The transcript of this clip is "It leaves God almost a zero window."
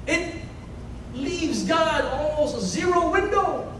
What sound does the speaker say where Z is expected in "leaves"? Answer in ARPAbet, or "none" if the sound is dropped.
Z